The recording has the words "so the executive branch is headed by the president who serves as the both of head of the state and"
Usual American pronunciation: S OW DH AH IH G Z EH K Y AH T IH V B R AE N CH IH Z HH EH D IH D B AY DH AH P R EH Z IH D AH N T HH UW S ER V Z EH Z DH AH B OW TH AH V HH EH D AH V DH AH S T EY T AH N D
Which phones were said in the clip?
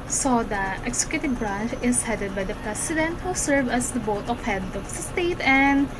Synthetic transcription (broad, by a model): S OW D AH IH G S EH K Y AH T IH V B R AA N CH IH S HH EH D IH D B AY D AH P R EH S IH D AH N T HH UW S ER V AH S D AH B OW T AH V HH EH D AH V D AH S T EY T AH N D